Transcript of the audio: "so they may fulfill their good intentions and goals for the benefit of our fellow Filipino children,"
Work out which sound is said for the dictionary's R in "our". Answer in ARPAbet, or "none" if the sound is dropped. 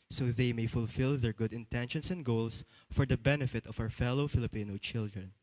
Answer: W